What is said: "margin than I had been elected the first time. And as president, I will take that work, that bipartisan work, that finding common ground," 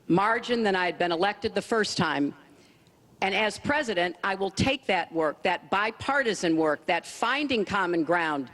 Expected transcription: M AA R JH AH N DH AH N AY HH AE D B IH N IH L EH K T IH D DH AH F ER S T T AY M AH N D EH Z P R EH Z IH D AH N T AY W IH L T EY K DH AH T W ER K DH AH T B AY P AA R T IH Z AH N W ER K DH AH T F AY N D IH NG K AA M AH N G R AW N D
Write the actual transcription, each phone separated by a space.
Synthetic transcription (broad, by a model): M AA R JH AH N DH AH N AY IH D B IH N IH L EH K T IH D DH AH F ER S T T AY M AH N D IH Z P R EH Z IH D AH N T AY W IH L T EY K DH AH T W ER K DH AH T B AY P AA R T IH Z AH N W ER K DH AH T F AY N D IH NG K AA M AH N G R AW N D